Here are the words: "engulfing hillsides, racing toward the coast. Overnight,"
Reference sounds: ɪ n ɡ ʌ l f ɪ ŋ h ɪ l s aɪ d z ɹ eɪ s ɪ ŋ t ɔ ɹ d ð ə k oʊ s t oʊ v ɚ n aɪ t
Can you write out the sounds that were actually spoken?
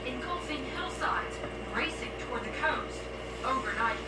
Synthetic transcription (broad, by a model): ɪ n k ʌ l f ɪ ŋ h ɪ l s aɪ d z ɹ eɪ s ɪ ŋ t ɔ ɹ d ð ə k oʊ s t oʊ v ɚ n aɪ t